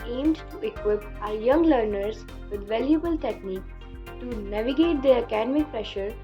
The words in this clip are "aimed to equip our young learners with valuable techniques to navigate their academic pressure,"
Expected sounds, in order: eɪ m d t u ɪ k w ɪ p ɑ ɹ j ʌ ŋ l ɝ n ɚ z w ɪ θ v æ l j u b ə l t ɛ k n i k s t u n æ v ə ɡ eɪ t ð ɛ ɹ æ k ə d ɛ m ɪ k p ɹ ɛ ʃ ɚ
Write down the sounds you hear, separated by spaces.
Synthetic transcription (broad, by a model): eɪ m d t u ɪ k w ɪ p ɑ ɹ j ʌ ŋ l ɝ n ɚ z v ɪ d v æ l j u b ə l t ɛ k n i k t u n æ v ə ɡ eɪ t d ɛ ɹ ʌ k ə d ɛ m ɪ k p ɹ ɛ ʃ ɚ